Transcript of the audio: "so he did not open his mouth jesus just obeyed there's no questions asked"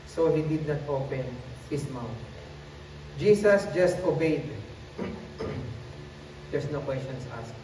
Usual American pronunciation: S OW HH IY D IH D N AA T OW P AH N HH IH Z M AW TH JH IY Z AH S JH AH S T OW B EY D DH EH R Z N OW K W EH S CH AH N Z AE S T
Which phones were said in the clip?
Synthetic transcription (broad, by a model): S OW HH IY D IH D N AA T OW P AH N HH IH S M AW T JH IY S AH S JH AH S T OW B EY D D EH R S N OW K W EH S CH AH N S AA S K